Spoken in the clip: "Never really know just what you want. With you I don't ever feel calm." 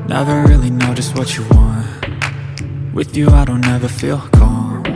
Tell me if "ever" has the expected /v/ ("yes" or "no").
yes